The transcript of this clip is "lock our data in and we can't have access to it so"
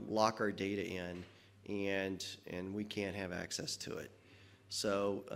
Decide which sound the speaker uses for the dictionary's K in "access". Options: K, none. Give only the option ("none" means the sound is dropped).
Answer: K